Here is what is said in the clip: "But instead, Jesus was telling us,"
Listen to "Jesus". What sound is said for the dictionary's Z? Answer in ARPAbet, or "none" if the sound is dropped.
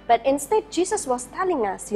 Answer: S